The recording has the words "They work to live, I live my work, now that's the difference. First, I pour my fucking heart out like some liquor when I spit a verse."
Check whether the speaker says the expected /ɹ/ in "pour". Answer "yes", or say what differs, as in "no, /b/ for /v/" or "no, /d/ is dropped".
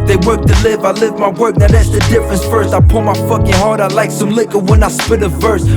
no, /l/ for /ɹ/